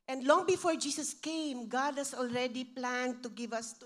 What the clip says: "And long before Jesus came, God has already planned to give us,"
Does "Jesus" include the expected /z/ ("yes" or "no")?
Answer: no